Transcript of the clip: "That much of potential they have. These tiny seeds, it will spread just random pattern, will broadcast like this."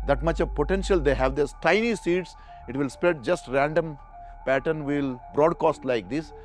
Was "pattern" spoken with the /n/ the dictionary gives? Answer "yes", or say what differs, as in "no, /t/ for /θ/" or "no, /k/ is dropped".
yes